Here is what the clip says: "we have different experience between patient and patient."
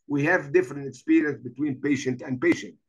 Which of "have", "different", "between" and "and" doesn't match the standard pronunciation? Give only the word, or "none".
none